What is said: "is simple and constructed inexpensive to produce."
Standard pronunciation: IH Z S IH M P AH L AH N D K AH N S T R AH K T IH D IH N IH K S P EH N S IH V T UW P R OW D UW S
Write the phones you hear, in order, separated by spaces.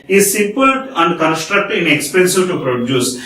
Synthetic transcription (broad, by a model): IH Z S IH P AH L AH N D K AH N S T R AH K T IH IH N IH K S P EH N S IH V T UW P R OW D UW S